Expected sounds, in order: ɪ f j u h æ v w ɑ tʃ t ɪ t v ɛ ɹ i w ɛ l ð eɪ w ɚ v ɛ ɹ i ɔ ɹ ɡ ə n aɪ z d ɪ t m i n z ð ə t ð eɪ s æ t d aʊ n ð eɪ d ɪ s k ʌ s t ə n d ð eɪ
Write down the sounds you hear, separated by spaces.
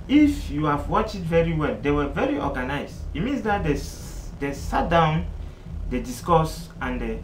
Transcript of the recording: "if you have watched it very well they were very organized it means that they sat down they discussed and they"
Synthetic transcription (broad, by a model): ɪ f j u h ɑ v w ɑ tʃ ɪ t v ɛ ɹ i w ɛ l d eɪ w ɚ v ɛ ɹ i ɔ ɡ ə n aɪ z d ɪ t m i n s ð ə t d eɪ s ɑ t d aʊ n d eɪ d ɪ s k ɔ s ə n d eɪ